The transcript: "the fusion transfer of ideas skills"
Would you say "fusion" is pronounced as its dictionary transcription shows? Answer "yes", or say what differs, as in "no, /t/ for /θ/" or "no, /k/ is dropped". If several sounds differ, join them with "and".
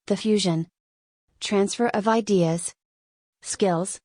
yes